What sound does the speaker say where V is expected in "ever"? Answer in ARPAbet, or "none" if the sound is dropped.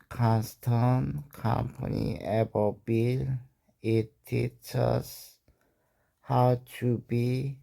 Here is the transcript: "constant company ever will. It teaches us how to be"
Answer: B